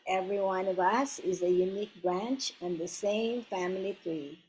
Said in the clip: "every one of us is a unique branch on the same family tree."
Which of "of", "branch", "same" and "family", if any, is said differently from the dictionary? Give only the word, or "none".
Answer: none